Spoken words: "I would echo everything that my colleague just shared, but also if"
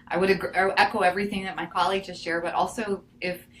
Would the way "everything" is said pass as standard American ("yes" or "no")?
yes